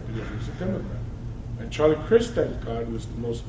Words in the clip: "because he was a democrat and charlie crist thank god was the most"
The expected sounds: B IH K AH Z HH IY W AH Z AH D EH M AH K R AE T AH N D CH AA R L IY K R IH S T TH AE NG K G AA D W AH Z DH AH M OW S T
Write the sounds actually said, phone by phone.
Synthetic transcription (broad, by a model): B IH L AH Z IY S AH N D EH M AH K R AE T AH N CH AA R L IY K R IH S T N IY K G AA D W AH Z DH AH M OW S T